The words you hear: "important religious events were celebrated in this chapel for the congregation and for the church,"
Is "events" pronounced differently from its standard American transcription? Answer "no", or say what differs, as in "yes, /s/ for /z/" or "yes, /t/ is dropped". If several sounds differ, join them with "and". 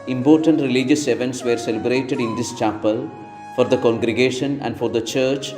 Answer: no